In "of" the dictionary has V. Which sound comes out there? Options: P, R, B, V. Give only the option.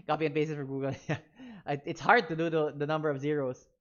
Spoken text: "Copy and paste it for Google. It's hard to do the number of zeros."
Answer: V